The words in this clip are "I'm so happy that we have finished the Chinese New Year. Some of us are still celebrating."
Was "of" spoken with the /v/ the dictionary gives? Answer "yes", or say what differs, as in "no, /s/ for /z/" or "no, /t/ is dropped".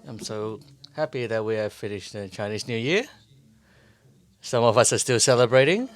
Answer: yes